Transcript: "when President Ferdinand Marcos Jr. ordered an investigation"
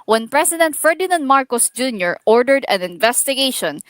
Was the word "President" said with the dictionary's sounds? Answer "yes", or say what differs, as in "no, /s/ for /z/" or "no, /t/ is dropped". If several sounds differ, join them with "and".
no, /s/ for /z/